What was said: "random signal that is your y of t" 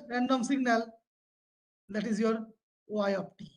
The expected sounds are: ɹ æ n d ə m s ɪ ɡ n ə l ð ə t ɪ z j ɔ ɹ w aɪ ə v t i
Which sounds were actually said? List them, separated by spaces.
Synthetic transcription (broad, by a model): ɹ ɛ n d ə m s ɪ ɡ n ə l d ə t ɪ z j ɔ ɹ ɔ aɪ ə p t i